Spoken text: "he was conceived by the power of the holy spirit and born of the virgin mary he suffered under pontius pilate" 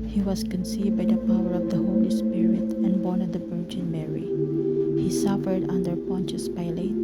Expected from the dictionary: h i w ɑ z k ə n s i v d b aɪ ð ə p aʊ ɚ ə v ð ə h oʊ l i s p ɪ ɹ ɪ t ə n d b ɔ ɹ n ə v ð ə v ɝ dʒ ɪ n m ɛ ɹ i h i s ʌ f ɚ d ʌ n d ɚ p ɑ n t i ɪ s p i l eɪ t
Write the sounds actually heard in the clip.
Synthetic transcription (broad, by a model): h i w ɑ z k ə n s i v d b aɪ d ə p aʊ ɚ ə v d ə h oʊ l i s p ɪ ɹ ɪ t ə n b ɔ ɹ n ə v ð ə b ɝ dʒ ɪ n m ɛ ɹ i h i s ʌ f ɚ d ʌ n d ɚ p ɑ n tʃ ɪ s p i l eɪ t